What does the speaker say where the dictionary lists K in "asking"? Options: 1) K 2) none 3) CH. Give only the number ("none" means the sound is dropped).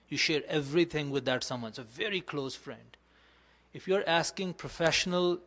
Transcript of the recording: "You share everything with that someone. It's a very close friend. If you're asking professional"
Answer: 1